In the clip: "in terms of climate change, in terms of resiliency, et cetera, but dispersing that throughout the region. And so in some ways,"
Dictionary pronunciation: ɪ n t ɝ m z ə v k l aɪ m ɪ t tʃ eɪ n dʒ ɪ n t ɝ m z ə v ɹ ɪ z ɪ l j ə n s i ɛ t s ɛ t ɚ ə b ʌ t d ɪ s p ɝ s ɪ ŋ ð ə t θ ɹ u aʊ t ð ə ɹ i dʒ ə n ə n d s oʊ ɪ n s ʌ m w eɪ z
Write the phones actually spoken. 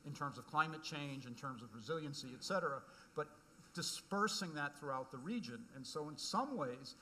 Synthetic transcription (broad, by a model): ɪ n t ɝ m z ə v k l aɪ m ɪ t tʃ eɪ n dʒ ɪ n t ɝ m z ə v ɹ ɪ z ɪ l j ə n s i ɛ t s ɛ t ɚ ə b ʌ t d ɪ s p ɝ s ɪ ŋ ð ə t θ ɹ u aʊ t ð ə ɹ i dʒ ə n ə n s oʊ ɪ n s ʌ m w eɪ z